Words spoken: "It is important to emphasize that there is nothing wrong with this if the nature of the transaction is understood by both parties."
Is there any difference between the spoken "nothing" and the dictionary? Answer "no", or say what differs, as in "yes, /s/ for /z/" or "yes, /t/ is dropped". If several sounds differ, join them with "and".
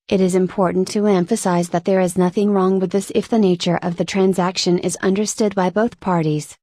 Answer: no